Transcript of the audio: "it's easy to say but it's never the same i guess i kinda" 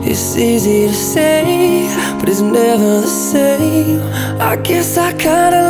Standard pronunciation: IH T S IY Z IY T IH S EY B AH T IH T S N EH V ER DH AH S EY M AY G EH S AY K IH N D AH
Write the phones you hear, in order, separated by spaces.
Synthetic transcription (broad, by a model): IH T S IY Z IY T IH S EY B AH T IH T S N EH V ER S EY AY G EH S AY K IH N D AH